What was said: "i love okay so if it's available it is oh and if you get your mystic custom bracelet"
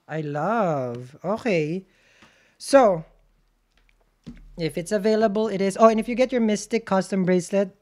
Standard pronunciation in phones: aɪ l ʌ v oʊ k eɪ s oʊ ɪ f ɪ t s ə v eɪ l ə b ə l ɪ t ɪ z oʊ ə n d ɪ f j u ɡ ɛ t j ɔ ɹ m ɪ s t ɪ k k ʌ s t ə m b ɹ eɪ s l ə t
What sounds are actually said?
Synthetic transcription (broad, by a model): aɪ l ʌ v oʊ k eɪ s oʊ ɪ f ɪ t s ə v eɪ l ə b ə l ɪ t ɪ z oʊ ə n ɪ f j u ɡ ɛ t j ɔ ɹ m ɪ s t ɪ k k ʌ s t ə m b ɹ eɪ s l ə t